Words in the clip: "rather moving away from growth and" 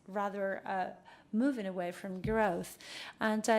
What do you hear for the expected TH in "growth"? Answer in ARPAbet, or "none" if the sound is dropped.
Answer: TH